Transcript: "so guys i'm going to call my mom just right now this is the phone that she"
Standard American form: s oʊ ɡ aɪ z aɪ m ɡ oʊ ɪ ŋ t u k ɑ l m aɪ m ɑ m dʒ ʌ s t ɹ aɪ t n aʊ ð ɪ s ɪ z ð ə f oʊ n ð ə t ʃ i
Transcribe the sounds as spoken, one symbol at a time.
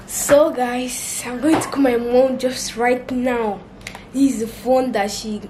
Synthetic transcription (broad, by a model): s oʊ ɡ aɪ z aɪ m ɡ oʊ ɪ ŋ t u k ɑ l m aɪ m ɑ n dʒ ʌ s t ɹ aɪ t n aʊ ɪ ɪ z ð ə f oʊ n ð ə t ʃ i